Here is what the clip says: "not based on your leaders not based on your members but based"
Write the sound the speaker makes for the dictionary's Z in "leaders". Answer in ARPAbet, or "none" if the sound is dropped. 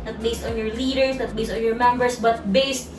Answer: S